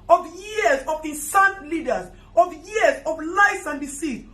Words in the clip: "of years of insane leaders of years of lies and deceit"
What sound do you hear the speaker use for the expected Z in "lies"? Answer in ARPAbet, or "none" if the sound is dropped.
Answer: S